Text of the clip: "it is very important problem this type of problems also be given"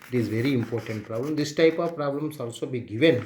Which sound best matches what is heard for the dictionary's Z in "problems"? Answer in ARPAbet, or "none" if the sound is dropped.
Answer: S